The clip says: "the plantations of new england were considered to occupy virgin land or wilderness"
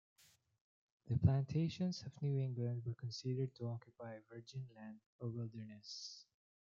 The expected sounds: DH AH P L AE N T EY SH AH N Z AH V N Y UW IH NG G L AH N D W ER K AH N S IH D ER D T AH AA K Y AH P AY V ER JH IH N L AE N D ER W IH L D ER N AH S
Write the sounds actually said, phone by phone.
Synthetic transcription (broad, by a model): DH AH P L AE N T EY SH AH N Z AH V N Y UW IH NG G L AH N D W ER K AH N S IH D ER D T AH AA K Y AH P AY V ER JH IH N L AE N D ER W IH L D ER N AH S